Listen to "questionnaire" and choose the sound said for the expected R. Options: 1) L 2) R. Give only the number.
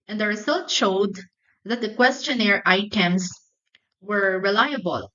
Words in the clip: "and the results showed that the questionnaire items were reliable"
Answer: 2